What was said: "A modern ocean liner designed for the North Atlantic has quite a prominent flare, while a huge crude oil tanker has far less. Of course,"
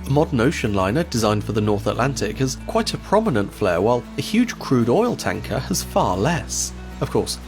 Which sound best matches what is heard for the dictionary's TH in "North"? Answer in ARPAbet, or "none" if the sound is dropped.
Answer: TH